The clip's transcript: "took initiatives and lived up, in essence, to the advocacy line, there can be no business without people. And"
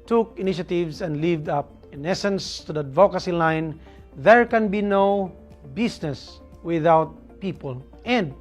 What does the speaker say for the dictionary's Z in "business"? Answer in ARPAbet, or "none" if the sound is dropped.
S